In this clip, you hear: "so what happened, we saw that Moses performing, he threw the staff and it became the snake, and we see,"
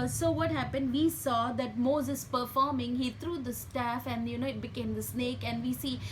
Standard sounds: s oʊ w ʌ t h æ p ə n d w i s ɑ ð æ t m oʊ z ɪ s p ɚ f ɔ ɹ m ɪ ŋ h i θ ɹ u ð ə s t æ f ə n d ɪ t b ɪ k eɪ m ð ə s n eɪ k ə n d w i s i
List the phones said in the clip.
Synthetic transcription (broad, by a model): s oʊ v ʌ t h æ p ə n d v i s ɑ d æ t m oʊ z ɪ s p ɚ f ɔ ɹ m ɪ ŋ h i t ɹ u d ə s t æ f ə n d ɪ t b ɪ k eɪ m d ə s n eɪ k ə n d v i s i